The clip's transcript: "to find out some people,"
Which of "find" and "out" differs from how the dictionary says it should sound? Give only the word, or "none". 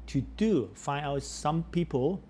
find